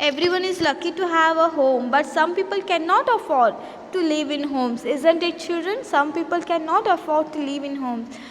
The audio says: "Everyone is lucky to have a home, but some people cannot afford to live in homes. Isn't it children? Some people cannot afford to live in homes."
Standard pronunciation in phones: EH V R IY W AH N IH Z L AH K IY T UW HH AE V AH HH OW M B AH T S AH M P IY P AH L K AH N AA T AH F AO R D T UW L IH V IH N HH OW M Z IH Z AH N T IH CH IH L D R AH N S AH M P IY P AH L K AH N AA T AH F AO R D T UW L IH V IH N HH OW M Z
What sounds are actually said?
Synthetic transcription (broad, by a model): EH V R IY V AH N IH Z L AH K IY T UW HH AE V AH HH OW M B AH T S AH M P IY P AH L K AH N AA T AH F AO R D T UW L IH V IH N HH OW M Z IH Z AH N T IH CH IH L D R AH N S AH M P IY P AH L K AH N AA T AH F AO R D T UW L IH V IH N HH OW M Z